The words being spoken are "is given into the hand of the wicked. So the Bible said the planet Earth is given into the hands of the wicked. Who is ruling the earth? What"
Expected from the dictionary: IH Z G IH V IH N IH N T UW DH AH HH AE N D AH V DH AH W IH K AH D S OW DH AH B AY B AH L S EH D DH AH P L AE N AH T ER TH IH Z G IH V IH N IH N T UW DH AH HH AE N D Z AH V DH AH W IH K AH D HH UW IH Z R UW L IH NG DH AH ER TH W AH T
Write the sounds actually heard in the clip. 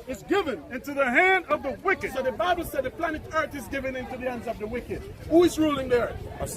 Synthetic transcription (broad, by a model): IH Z G IH V IH N IH N T UW DH AH HH AE N D AH V DH AH W IH K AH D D DH AH B AY B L S EH D DH AH P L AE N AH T ER TH IH Z G IH V IH N IH N T UW DH AH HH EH N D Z AH V DH AH W IH K AH D HH UW IH Z R UW L IH NG DH AH ER TH